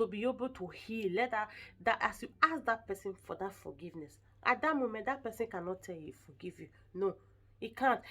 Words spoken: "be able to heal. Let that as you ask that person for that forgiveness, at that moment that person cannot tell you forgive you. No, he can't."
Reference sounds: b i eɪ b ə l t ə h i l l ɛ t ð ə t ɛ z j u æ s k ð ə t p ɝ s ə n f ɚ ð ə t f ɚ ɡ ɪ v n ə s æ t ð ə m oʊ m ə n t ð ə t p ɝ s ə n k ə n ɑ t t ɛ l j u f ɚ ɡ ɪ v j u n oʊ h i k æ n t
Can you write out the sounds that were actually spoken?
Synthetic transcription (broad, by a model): b i eɪ b ə l t ə h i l l ɛ t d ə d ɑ s j u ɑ s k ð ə t p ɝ s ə n f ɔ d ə t f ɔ ɡ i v n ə s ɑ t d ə m oʊ m ə n t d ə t p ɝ s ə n k ə n ɑ t t ɛ l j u f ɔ ɡ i v j u n oʊ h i k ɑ n t